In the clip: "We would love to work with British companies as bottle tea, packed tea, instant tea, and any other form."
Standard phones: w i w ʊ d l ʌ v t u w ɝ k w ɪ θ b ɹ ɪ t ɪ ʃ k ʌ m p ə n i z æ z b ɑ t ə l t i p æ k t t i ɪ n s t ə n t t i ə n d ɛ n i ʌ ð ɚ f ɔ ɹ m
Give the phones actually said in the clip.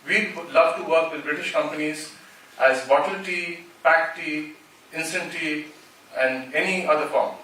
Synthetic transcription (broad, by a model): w i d l ʌ v t u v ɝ k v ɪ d b ɹ ɪ t ɪ ʃ k ʌ m p ə n i z æ z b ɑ t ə l t i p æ k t t i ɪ n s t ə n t t i ə n d ɛ n i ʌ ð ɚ f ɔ ɹ m